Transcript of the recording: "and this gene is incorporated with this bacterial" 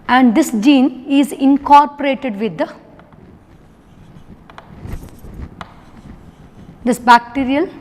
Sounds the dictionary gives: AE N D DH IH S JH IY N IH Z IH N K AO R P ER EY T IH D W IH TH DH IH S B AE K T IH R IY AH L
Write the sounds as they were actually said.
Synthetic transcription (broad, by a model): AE N D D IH S JH IY N IH Z IH N K AO R P ER EY T IH D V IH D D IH S B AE K T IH R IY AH L